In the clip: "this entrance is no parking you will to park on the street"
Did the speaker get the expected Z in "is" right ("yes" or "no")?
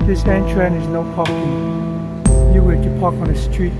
yes